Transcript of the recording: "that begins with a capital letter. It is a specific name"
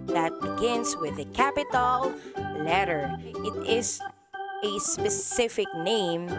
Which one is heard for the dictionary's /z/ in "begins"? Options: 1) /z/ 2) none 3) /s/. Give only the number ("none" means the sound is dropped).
3